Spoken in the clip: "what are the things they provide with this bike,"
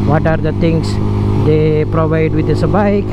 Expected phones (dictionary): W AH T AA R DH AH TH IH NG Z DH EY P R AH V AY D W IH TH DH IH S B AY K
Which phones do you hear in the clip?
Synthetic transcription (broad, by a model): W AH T AA R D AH T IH NG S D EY P R AH V AY D W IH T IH S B AY K